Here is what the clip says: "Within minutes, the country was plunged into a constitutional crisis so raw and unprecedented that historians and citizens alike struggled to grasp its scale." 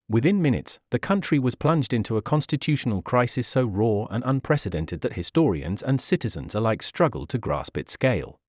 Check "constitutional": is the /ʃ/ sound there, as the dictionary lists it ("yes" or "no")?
yes